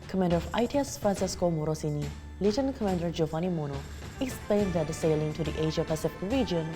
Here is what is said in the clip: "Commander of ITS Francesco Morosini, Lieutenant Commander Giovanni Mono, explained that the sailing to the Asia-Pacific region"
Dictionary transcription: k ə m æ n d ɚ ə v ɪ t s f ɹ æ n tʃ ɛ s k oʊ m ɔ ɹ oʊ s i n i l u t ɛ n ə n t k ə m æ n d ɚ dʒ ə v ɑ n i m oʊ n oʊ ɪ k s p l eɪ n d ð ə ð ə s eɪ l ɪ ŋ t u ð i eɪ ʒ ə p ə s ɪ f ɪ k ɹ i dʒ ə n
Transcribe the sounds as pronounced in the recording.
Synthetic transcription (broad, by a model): k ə m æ n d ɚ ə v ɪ t s f ɹ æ n s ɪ s k oʊ m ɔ ɹ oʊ s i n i l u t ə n k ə m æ n d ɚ dʒ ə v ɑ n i m oʊ n oʊ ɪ k s p l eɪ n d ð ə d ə s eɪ l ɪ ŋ t u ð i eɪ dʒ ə p ə s ɪ f ɪ k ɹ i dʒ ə n